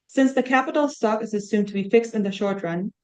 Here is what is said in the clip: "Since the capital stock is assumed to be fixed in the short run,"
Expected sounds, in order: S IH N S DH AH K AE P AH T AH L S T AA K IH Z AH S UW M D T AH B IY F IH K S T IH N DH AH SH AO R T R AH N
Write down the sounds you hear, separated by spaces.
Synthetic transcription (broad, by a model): S IH N S DH AH K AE P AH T L S T AA K IH Z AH S UW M T AH B IY F IH K S T IH N DH AH SH AO R T R AH N